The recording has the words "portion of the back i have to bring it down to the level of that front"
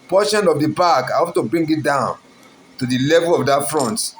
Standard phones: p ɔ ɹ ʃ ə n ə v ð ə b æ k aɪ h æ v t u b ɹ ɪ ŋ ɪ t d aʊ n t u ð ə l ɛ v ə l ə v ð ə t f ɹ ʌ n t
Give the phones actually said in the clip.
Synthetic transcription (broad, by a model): p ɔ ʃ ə n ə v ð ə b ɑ k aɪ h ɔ p t u b ɹ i ŋ ɪ t d aʊ n t u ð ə l ɛ v ə l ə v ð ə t f ɹ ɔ n t